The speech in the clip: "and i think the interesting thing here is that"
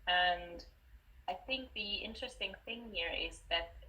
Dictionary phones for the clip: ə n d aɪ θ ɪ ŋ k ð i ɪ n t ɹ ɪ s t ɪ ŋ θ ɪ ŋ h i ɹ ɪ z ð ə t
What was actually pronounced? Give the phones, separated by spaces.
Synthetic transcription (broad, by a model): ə n d aɪ θ ɪ ŋ k ð i ɪ n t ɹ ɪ s t ɪ ŋ θ ɪ ŋ h i ɹ ɪ z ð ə t